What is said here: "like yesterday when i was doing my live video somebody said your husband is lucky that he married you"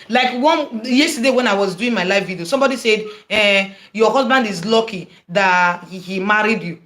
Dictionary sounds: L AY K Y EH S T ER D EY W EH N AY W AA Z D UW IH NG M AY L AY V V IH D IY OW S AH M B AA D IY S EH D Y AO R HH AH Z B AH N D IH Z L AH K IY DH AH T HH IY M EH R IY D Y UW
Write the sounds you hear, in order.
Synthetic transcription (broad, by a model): L AY K Y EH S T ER D EY W EH N AY W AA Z D UW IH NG M AY L AY F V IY D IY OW S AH M B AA D IY S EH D Y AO HH AH Z B AH N D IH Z L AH K IY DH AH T HH IY M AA R IY D Y UW